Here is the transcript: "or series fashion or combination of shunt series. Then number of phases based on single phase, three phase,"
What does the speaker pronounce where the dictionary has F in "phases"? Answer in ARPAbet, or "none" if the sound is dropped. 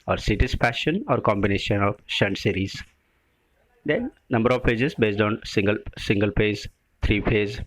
P